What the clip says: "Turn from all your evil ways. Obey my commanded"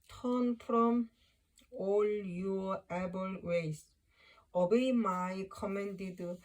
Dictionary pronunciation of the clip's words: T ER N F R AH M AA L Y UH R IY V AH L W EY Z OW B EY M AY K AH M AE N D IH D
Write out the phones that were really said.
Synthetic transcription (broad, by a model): T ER N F R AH M AA L Y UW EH B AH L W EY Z OW B EY M AY K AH M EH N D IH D